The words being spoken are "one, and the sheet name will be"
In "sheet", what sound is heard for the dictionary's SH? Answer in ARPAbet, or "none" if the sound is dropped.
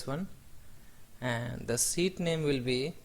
S